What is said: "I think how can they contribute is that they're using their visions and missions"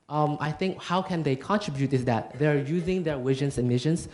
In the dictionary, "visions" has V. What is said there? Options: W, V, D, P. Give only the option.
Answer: W